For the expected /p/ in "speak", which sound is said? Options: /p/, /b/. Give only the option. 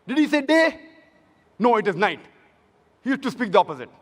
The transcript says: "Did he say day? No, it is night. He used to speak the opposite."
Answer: /p/